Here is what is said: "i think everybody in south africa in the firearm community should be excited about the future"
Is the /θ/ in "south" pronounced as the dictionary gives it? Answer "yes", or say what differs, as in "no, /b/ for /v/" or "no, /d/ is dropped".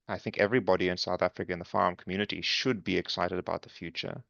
yes